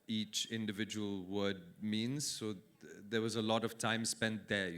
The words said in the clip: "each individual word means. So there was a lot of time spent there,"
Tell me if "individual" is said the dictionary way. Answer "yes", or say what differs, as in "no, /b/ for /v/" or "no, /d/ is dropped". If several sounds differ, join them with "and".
yes